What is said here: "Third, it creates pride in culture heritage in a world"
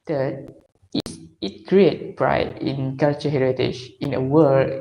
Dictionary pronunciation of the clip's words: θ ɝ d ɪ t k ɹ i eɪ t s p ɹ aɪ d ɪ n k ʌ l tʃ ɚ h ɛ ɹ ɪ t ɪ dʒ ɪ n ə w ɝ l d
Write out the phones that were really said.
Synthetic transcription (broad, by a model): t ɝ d ɪ t k ɹ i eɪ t p ɹ aɪ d ɪ n k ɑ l tʃ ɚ h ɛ ɹ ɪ t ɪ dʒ ɪ n ə w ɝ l